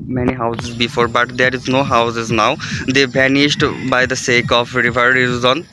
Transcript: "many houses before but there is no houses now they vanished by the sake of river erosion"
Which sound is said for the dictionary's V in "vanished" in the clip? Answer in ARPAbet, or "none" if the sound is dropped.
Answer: B